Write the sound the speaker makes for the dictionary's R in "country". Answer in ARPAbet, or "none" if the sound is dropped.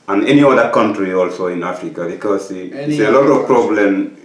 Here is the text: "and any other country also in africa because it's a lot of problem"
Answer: R